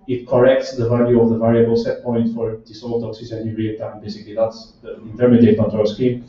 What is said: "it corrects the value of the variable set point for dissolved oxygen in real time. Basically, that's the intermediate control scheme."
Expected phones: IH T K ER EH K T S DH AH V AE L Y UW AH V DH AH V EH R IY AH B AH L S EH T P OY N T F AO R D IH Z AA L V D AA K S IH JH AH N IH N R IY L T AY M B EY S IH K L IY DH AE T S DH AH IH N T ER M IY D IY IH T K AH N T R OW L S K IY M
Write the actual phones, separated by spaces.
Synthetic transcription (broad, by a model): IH T K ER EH K T S DH AH V AE L Y UW AH V DH AH V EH R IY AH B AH L S EH T P OY N T F AO R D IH S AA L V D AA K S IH Z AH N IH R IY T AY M B EY S IH K L IY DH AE T S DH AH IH N T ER M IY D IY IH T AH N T OW S K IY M